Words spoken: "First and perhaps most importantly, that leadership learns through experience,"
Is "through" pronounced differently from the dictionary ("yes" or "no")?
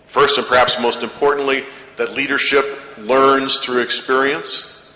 no